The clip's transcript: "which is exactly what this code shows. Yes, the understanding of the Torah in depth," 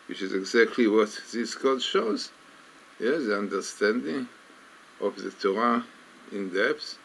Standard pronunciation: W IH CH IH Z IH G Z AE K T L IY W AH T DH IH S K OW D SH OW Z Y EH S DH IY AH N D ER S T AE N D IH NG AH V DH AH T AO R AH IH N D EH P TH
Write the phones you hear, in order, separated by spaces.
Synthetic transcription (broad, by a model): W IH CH IH Z IH G Z AE K T L IY W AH T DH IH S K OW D SH OW Z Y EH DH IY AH N D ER S T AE N D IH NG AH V DH AH T AO R AH IH N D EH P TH